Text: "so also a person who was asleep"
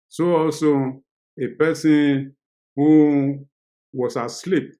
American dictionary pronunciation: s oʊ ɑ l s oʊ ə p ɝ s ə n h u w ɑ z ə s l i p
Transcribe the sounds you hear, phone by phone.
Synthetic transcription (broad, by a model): s oʊ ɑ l s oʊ ə p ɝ s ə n h u w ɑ s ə s l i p